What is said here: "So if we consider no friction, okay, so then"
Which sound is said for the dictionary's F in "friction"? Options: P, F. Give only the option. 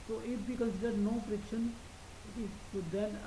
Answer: P